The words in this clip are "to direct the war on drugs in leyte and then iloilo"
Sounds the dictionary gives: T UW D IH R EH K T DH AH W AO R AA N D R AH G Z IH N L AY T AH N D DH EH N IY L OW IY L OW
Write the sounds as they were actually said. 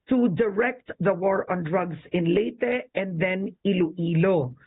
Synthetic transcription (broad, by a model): T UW D IH R EH K T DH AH W AO R AA N D R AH G S IH N L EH T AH N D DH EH N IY L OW IY L OW